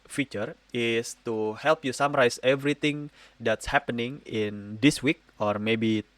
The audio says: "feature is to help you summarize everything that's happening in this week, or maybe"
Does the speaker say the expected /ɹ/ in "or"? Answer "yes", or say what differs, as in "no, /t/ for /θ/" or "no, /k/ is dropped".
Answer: yes